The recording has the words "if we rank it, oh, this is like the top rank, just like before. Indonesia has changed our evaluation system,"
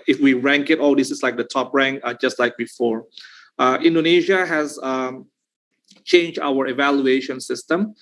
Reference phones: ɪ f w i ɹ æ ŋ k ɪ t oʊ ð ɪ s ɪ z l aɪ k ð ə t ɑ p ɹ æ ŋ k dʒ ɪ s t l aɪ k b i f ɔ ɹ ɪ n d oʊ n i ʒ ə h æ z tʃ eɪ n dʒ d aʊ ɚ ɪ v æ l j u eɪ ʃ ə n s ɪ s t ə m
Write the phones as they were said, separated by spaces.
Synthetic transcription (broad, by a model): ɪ f w i ɹ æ ŋ k ɪ t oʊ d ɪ s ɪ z l aɪ k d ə t ɑ p ɹ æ ŋ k dʒ ɪ s t l aɪ k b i f ɔ ɹ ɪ n d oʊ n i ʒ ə h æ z tʃ eɪ n dʒ d aʊ ɚ ɪ v æ l j u eɪ ʃ ə n s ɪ s t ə m